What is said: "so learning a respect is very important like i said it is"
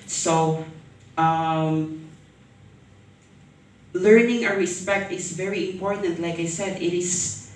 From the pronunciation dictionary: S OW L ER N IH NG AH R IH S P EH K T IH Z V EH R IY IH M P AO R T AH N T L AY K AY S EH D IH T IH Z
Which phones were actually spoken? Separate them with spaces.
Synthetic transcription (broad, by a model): S OW L ER N IH NG AH R IH S P EH K T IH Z V EH R IY IH M P AO R T AH N T L AY K AY S EH D IH T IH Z